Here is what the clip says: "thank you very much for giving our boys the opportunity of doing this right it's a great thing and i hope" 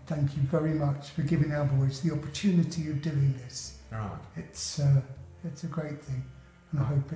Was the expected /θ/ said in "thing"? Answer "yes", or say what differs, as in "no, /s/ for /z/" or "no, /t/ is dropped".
yes